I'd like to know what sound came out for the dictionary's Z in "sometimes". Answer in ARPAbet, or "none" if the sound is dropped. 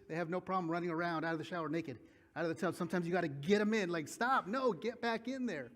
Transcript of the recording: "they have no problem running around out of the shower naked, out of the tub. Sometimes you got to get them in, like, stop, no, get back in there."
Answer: none